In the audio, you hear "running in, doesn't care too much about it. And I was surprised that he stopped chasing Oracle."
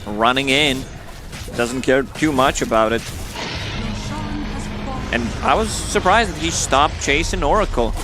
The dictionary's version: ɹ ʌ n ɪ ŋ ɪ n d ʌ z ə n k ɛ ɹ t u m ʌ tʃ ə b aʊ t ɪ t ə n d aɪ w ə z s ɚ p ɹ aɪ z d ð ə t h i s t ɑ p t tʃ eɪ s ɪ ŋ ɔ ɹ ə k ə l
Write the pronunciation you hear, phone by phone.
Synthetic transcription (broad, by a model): ɹ ʌ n ɪ ŋ ɪ n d ʌ z n k ɛ ɹ t u m ʌ tʃ ə b aʊ t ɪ t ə n aɪ w ə z s ɚ p ɹ aɪ z d ð ə t h i s t ɑ p t tʃ eɪ s ɪ ŋ ɔ ɹ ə k l